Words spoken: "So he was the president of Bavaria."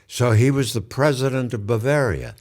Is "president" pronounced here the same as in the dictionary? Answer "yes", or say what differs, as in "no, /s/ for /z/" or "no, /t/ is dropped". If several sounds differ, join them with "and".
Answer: yes